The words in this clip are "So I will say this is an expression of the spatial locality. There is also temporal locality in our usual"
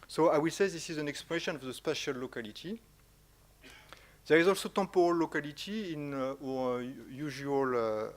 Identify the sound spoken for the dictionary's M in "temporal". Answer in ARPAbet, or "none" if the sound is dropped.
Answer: none